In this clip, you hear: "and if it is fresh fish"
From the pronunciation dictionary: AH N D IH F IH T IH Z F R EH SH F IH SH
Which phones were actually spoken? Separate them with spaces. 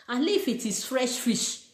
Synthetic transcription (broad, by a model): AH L IH F IH T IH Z F R EH SH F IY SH